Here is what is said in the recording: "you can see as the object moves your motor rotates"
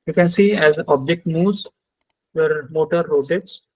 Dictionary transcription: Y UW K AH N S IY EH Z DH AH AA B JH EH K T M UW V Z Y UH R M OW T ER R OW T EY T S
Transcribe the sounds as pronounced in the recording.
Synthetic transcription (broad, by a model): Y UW K AH N S IY EH Z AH AA B JH EH K T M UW Z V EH R M OW T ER R OW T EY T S